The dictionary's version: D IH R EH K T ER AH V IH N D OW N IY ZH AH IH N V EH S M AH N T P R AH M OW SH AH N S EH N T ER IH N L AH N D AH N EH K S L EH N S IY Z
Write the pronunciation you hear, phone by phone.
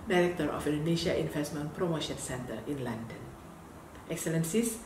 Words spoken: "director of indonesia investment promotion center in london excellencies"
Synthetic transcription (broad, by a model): D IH R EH K T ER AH F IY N D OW N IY SH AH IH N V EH S M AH N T P R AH M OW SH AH N S EH N T ER IH N L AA N D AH N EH K S L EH N S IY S